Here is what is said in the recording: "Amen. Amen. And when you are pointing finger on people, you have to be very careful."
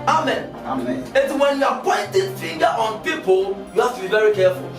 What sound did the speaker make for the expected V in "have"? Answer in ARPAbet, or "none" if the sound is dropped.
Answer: F